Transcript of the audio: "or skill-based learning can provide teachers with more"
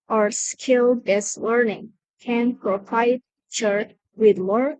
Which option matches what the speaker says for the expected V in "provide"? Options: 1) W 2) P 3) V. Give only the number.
2